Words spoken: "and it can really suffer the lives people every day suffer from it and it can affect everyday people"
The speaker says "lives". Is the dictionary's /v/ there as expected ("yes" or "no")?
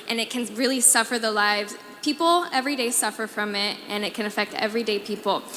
yes